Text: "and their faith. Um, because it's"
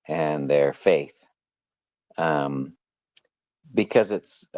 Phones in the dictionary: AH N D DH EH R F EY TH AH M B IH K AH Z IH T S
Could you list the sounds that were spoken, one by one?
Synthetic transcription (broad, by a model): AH N DH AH R F EY TH AH M B IH K AH Z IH T S